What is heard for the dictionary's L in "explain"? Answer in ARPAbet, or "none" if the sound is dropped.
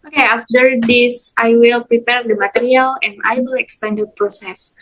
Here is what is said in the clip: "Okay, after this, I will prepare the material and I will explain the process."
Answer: none